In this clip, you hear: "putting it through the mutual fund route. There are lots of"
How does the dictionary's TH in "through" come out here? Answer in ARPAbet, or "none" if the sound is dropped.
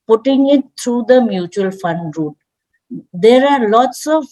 T